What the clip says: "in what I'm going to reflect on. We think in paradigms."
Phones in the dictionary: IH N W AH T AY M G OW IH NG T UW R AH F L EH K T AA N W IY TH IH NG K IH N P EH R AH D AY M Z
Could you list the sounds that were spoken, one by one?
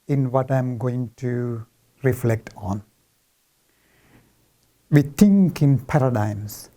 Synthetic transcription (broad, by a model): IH N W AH T AY M G OW IH NG T UW R AH F L EH K T AA N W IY T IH NG K IH N P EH R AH D AY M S